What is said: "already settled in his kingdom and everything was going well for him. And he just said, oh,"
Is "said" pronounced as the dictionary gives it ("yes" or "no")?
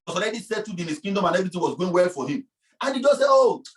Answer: no